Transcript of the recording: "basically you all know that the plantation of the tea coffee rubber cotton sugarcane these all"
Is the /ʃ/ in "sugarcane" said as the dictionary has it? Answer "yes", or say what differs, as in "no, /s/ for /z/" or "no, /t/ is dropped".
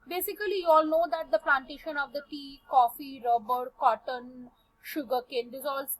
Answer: yes